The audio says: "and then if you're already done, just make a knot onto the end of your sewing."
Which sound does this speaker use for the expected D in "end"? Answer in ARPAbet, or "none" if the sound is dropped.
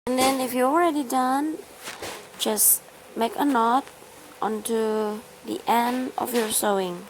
D